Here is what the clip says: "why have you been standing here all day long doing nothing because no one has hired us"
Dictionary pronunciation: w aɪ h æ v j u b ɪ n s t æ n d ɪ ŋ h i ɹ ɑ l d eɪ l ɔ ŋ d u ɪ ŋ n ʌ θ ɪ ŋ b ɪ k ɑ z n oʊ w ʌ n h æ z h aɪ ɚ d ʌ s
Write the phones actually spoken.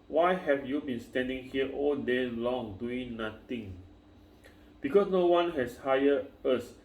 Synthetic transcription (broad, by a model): w aɪ h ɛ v j u b ɪ n s t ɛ n d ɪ ŋ h i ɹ ɑ l d eɪ l ɔ ŋ d u ɪ ŋ n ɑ t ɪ ŋ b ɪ k ɑ s n oʊ w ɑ n h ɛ s h aɪ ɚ ʌ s